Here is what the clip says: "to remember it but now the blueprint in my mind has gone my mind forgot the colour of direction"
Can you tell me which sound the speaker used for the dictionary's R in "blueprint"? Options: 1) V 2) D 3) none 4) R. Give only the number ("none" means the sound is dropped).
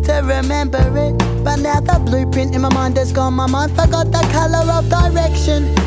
3